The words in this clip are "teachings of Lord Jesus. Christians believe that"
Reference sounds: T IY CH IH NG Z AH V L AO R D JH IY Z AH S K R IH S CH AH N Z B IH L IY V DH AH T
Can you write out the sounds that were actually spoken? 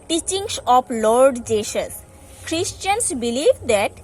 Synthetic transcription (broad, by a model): T IY CH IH NG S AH P L AO R D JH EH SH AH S K R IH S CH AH N S B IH L IY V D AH T